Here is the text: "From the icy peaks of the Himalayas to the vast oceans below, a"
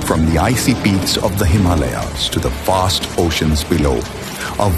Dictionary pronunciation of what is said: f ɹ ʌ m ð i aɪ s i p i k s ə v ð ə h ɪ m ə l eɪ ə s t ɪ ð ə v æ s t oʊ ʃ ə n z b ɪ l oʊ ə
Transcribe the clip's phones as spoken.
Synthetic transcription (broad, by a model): f ɹ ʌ m ð i aɪ s i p i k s ə v ð ə h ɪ m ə l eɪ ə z t ɪ ð ə f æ s t oʊ ʃ ə n z b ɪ l oʊ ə